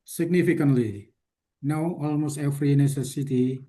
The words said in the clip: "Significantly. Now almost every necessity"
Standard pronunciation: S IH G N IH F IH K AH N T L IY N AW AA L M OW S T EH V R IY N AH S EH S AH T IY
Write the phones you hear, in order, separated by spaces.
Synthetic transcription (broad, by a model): S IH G N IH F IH K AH N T L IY N AW AA L M OW S T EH F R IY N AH S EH S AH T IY